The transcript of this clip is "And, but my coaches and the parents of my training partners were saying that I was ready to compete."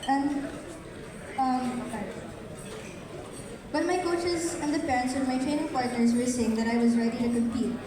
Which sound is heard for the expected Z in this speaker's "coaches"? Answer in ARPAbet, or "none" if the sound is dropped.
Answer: Z